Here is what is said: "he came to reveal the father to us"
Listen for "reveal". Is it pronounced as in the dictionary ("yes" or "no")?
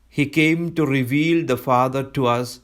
yes